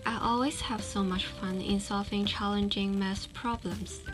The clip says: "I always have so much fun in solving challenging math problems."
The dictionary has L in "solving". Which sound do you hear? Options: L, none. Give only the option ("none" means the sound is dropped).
L